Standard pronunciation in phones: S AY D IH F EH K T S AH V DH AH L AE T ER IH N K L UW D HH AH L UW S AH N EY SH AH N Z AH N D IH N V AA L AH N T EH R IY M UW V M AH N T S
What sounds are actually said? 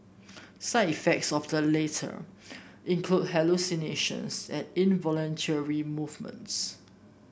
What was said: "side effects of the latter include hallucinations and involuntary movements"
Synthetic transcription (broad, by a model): S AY IH F EH K T S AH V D AH L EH T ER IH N K L UW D HH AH L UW S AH N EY SH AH N S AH N IH N V AA L AH N T EH R IY M UW V M AH N T S